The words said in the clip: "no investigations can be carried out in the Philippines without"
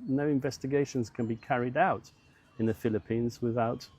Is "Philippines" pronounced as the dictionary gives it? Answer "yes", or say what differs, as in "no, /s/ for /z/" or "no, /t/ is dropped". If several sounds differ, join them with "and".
yes